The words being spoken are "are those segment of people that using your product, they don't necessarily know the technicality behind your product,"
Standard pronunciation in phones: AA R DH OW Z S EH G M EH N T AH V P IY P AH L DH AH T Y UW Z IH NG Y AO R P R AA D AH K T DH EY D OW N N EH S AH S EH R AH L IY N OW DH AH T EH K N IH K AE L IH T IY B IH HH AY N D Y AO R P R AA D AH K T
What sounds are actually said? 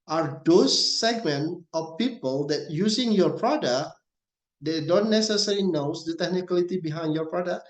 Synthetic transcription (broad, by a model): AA R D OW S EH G M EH N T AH F P IY P AH L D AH T Y UW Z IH NG Y AO R P R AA D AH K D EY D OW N N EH S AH S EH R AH N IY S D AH T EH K N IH K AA L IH T IY B IH HH AY N D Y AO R P R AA D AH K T